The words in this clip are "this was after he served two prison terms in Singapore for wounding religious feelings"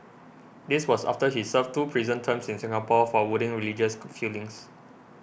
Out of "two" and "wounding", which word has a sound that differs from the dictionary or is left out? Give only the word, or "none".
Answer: wounding